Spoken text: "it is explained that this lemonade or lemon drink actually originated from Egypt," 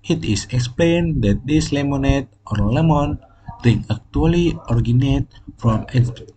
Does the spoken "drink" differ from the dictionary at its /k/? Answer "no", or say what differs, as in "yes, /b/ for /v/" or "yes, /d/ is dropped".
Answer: yes, /k/ is dropped